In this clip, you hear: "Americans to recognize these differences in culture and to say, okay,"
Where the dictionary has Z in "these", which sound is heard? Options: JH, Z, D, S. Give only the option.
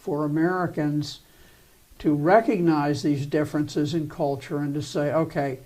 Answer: Z